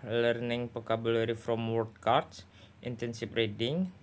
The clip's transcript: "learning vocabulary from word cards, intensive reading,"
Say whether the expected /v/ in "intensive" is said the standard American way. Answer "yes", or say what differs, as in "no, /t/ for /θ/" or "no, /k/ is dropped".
no, /f/ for /v/